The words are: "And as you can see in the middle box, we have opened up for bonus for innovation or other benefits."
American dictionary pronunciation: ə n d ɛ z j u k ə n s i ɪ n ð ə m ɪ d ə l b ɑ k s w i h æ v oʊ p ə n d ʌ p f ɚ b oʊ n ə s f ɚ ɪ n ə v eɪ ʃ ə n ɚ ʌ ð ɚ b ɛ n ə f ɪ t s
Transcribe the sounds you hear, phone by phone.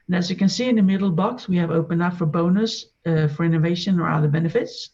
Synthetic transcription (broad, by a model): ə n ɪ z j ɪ k ə n s i ɪ n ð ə m ɪ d l b ɑ k s w i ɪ v oʊ p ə n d ʌ p f ɚ b oʊ n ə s f ɚ ɪ n ə v eɪ ʃ ə n ɚ ʌ ð ɚ b ɛ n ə f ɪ t s